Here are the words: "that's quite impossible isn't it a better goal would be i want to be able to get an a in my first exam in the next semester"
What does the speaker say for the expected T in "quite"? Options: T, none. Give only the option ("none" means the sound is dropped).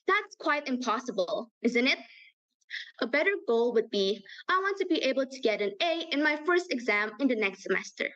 T